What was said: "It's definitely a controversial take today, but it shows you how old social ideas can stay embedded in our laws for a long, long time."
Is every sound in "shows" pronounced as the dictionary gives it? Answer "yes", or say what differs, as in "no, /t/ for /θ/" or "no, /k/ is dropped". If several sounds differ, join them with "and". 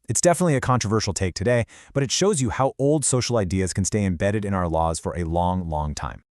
yes